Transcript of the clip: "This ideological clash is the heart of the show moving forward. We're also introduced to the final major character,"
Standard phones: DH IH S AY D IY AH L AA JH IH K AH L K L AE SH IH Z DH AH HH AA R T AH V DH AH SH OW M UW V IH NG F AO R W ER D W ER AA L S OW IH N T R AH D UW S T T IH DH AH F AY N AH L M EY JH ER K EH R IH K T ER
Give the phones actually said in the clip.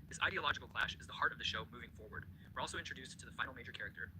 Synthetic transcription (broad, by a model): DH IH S AY D IY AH L AA JH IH K L K L AE SH IH Z DH AH HH AA R T AH V DH AH SH OW M UW V IH NG F AO R W ER D W ER AA L S OW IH N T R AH D UW S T T IH DH AH F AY AH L M EY JH ER K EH R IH K T ER